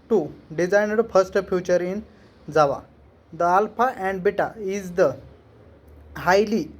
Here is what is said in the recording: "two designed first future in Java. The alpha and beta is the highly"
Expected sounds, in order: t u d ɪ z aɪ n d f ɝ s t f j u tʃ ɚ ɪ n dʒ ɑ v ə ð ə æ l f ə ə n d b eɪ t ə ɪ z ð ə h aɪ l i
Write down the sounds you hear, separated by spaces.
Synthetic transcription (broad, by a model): t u d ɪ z aɪ n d f ɝ s t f j u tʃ ɚ ɪ n z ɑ v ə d ə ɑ l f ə ə n d b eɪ t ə ɪ z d ə h aɪ l i